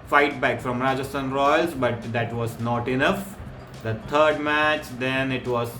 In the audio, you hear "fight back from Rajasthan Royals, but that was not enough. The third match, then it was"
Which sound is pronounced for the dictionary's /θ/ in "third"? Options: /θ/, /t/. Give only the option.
/t/